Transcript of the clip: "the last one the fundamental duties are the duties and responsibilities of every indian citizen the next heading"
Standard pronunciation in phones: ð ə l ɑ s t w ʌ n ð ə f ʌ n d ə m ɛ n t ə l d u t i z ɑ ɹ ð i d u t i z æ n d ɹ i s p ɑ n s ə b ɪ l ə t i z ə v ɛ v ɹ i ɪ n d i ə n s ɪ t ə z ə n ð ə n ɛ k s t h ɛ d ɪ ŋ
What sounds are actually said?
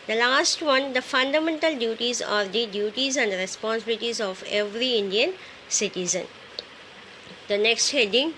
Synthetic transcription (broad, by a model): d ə l ɑ s t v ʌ n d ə f ʌ n d ə m ɛ n t ə l d u t i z ɑ ɹ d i d u t i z æ n d ɹ i s p ɑ n s ə b ɪ l ə t i z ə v ɛ v ɹ i ɪ n d i ə n s ɪ t ə z ə n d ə n ɛ k s t h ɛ d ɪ ŋ